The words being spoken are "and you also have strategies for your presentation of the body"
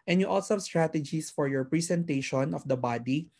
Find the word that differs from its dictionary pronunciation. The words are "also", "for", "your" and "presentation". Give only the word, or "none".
presentation